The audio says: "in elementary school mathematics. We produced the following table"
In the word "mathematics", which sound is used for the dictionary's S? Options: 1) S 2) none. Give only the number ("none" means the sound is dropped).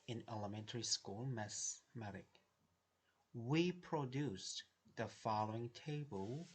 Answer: 2